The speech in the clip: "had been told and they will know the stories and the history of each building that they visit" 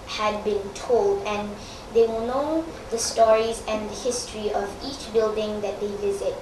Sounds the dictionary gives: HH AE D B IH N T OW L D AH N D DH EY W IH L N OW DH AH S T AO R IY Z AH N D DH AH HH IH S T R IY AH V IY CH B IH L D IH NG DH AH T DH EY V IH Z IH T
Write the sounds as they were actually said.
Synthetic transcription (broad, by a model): HH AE D B IH N T OW L D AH N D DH EY W IH L N OW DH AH S T AO R IY Z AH N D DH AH HH IH S T R IY AH V IY CH B IH L D IH NG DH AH T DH EY V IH Z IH T